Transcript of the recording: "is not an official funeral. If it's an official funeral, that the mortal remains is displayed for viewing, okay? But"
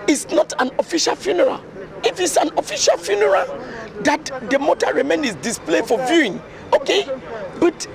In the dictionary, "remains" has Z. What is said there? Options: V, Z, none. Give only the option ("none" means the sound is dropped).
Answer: none